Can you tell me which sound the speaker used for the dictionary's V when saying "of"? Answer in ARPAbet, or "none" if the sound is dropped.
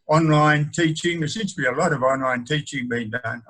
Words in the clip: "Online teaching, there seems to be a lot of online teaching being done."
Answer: V